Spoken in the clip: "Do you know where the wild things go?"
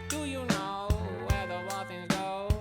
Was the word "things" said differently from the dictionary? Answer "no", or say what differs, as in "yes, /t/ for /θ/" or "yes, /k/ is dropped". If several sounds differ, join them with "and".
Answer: yes, /z/ is dropped